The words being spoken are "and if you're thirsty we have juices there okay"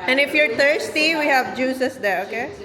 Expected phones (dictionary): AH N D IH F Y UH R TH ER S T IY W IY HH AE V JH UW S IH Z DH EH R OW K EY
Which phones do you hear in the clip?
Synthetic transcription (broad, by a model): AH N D IH F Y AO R T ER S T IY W IY HH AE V JH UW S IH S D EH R OW K EY